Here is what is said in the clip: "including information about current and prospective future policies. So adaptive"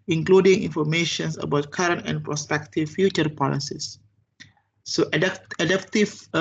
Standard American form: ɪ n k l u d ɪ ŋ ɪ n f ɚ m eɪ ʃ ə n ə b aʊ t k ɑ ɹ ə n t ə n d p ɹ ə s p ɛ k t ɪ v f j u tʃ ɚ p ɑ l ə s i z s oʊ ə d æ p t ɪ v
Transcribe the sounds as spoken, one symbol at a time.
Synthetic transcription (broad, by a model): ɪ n k l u d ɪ ŋ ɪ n f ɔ m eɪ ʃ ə n ə b aʊ t k ɑ ɹ ə n t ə n p ɹ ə s p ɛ k t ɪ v f j u tʃ ɚ p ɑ l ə s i s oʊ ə d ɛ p t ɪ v